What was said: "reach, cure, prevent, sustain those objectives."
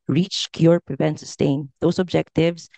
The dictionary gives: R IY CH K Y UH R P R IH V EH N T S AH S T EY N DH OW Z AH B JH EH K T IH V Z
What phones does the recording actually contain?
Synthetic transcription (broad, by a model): R IY CH K Y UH R P R IH V EH N T S AH S T EY N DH OW S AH B JH EH K T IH V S